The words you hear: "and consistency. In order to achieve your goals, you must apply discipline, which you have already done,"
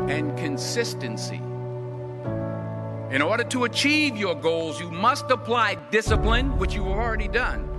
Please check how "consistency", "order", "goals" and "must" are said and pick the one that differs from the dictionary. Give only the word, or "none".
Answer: none